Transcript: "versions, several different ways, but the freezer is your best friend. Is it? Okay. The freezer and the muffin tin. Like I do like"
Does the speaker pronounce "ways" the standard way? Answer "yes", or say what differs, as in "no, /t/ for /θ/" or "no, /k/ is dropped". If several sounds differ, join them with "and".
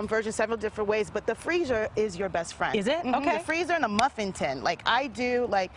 yes